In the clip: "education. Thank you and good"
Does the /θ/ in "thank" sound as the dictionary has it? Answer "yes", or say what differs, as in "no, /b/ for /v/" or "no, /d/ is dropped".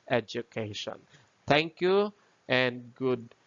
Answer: no, /t/ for /θ/